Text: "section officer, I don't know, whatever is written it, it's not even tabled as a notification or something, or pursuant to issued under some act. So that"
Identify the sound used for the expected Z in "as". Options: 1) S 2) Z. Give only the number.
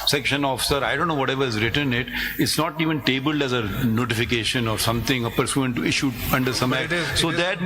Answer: 2